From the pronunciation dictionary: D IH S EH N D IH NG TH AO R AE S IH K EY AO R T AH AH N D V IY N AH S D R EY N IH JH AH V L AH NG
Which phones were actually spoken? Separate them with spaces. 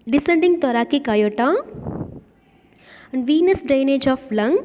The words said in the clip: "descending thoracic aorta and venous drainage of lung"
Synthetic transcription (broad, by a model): D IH S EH N D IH NG T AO R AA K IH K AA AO T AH AH N D V IY N AH S D R EY N IH JH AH F L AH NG